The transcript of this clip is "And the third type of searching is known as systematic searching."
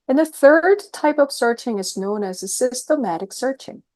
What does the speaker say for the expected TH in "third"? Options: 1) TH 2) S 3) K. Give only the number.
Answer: 1